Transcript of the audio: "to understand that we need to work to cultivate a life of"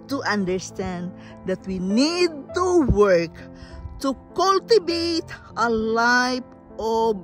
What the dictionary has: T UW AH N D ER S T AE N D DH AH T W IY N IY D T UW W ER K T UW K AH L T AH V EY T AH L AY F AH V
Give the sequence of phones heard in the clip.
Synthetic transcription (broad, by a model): T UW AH N D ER S T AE N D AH T W IY N IY D T UW W ER K T UW K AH L T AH B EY T AH L AY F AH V